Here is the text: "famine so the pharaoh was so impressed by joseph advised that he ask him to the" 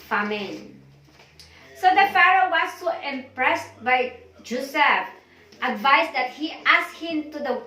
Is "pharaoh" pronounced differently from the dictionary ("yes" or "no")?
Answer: no